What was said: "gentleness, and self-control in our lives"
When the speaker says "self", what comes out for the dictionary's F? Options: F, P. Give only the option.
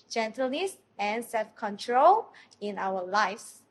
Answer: F